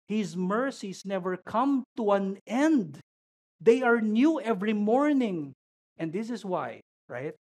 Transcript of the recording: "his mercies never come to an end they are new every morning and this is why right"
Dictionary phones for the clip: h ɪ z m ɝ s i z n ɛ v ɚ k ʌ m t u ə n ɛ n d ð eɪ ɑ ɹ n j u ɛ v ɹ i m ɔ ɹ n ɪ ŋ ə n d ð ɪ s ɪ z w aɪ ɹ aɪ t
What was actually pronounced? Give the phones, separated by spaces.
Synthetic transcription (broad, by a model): h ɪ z m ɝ s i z n ɛ v ɚ k ʌ m t u ə n ɛ n d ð eɪ ɑ ɹ n j u ɛ v ɹ i m ɔ ɹ n ɪ ŋ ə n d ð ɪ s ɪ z w aɪ ɹ aɪ t